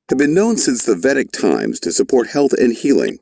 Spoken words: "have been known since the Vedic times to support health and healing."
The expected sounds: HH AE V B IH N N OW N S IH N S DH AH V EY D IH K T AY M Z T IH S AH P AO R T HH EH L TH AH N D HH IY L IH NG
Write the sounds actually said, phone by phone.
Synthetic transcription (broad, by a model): HH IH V B IH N N OW N S IH N S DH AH V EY D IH K T AY M Z T IH S AH P AO R T HH EH L TH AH N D HH IY L IH NG